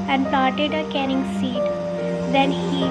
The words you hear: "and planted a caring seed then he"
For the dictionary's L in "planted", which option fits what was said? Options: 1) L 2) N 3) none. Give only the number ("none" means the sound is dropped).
3